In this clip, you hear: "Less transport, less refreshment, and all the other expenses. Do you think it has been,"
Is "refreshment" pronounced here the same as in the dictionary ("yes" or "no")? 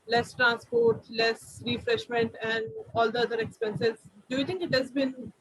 yes